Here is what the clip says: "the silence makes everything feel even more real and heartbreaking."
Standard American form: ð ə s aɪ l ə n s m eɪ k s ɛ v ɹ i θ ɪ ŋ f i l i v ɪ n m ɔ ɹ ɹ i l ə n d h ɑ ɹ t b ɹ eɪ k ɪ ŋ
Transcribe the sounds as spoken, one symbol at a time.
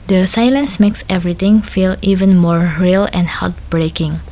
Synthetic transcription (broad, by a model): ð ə s aɪ l ə n s m eɪ k s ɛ v ɹ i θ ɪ ŋ f i l i v ɪ n m ɔ ɹ ɹ i l ə n d h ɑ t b ɹ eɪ k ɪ ŋ